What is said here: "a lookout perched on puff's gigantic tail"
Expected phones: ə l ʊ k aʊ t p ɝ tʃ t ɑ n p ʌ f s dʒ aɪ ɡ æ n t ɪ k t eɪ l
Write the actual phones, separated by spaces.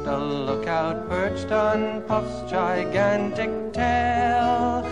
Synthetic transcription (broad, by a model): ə l ʊ k aʊ t p ɝ tʃ t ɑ n p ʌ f s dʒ aɪ ɡ æ n t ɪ k t eɪ l